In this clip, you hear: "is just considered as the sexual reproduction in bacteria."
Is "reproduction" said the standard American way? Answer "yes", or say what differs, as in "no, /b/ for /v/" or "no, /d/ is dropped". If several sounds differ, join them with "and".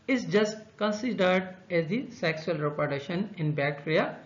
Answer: no, /ɹ/ is dropped and /k/ is dropped